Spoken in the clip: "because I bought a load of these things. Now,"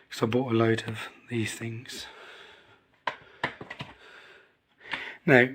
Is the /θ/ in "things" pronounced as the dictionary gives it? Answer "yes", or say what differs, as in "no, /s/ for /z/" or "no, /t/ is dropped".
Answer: yes